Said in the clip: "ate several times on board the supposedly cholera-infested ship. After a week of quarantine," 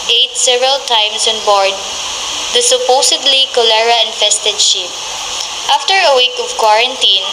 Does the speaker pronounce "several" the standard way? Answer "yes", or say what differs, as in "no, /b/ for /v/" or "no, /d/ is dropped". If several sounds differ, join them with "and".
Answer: yes